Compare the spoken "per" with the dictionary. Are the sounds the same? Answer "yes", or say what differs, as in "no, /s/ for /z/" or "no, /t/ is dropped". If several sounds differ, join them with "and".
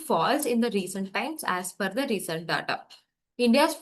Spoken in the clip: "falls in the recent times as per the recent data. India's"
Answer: no, /f/ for /p/